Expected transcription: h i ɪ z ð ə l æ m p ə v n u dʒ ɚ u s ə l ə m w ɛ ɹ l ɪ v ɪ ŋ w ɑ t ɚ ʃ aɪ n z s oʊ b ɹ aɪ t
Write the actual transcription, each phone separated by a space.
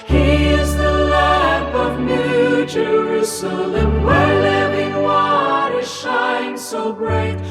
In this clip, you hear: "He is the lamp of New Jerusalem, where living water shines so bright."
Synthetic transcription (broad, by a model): h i ɪ z ð ə l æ p ə v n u dʒ ɚ u s ə l ə m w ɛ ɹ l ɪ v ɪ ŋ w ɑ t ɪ ʃ aɪ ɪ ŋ s oʊ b ɹ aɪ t